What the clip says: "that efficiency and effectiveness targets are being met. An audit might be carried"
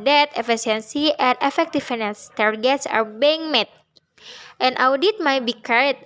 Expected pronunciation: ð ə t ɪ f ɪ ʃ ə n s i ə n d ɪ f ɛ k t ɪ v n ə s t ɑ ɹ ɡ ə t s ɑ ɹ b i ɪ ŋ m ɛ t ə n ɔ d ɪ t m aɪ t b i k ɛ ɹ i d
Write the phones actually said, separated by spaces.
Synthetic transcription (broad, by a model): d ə t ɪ f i s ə n s i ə n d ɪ f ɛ k t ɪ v n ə s t ɑ ɹ ɡ ə t s ɑ ɹ b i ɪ ŋ m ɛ t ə n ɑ d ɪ t m aɪ t b i k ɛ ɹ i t